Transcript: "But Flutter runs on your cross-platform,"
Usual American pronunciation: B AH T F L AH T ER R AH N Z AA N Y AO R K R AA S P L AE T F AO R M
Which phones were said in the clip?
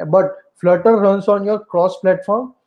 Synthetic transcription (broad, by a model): B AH T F L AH T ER R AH N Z AA N Y AO R K R AA S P L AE T F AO R M